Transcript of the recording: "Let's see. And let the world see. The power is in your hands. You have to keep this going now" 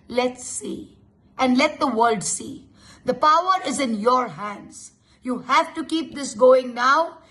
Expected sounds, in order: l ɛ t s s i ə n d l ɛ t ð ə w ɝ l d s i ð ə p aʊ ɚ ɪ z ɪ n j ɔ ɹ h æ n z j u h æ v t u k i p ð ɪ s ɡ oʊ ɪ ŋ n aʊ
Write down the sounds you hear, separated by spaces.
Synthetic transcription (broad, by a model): l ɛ t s s i ə n d l ɛ t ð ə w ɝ l d s i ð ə p aʊ ɚ ɪ z ɪ n j ɔ ɹ h æ n z j u h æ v t u k i p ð ɪ s ɡ oʊ ɪ ŋ n aʊ